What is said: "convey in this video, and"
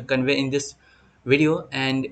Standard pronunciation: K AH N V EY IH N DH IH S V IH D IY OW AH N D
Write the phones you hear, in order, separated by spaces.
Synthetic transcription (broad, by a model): K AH N V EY IH N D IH S V IH D IY OW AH N D